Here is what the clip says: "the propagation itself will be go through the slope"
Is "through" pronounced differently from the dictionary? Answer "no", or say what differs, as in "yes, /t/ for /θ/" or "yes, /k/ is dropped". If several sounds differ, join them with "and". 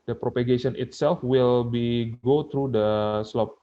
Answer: yes, /t/ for /θ/